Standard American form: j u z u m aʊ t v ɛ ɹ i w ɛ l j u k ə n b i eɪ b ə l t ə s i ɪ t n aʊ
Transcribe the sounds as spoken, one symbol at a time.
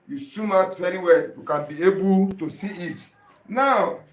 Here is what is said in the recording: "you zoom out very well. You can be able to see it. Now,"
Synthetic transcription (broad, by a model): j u s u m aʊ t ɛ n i w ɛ j u k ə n b i eɪ b ə l t ə s i ɪ t n aʊ